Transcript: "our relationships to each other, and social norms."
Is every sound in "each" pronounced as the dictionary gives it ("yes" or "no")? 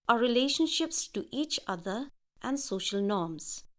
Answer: yes